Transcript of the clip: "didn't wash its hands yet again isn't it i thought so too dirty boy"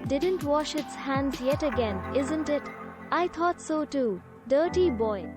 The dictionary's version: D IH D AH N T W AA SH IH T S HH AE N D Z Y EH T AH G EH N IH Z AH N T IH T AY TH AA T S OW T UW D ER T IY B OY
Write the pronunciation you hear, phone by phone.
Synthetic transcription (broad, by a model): D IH D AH N T W AA SH IH T S HH AE N D Z Y EH T AH G EH N IH Z AH N T IH T AY T AA T S OW T UW D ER T IY B OY